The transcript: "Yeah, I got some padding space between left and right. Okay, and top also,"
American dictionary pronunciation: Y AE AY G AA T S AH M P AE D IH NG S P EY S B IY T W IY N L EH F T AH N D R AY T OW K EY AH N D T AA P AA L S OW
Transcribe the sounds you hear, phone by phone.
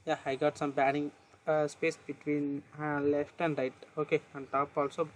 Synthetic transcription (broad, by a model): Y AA AY G AA T S AH M B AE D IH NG S P EY S B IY T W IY N L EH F T AH N D R AY T OW K EY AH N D T AA P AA L S OW